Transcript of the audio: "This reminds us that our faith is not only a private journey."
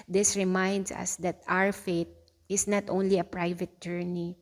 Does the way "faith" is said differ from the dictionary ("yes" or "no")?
yes